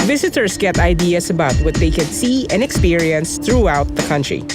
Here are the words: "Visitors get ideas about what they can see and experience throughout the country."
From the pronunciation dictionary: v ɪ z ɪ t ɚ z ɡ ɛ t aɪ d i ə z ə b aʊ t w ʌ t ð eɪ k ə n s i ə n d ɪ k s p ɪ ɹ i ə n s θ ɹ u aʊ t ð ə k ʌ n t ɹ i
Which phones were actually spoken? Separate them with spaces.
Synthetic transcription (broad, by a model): v ɪ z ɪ t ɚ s ɡ ɛ t aɪ d i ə s ə b aʊ t w ʌ t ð eɪ k ə n s i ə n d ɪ k s p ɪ ɹ i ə n s θ ɹ u aʊ t ð ə k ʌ n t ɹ i